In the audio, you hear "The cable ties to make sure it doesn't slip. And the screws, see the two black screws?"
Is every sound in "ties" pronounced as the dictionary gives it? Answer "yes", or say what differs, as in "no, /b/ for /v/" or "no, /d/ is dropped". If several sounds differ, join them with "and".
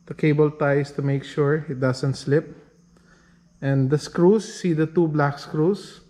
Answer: no, /s/ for /z/